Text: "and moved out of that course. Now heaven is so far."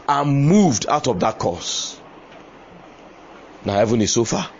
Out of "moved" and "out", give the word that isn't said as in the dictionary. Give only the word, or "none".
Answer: none